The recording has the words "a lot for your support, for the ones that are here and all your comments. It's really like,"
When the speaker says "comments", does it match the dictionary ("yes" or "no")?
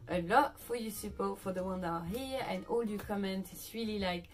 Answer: no